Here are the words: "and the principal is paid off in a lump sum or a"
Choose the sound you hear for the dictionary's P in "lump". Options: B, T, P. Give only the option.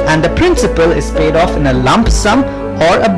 P